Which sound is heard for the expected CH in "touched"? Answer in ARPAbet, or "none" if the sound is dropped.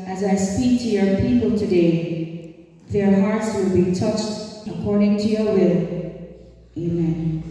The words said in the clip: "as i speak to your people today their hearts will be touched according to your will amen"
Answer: CH